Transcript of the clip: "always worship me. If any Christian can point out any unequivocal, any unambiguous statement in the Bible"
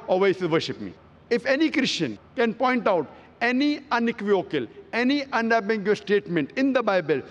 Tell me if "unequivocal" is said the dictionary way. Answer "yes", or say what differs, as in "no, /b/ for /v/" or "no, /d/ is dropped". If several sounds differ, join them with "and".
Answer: no, /v/ is dropped